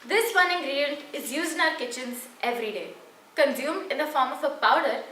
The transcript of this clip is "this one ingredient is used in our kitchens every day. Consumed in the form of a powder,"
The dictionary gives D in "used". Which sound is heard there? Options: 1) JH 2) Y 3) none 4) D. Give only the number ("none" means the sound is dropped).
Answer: 3